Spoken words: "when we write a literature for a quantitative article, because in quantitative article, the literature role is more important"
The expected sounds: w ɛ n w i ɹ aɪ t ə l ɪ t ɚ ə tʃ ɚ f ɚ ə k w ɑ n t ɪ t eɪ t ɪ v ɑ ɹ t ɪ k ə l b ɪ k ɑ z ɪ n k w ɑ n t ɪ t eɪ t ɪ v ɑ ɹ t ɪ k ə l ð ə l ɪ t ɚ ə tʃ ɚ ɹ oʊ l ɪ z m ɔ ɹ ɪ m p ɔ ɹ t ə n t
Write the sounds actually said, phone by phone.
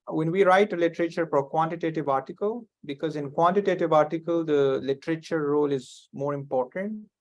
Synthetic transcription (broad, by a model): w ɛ n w i ɹ aɪ t ə l ɪ t ɚ ə tʃ ɚ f ə k w ɑ n t ɪ t eɪ t ɪ v ɑ ɹ t ɪ k ə l b ɪ k ɑ z ɪ n k w ɑ n t ɪ t eɪ t ɪ v ɑ ɹ t ɪ k ə l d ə l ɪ t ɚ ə tʃ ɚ ɹ oʊ l ɪ z m ɔ ɹ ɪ m p ɔ ɹ t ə n t